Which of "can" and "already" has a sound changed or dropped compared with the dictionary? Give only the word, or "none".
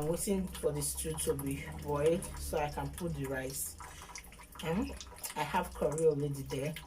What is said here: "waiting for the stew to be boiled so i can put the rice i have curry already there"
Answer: already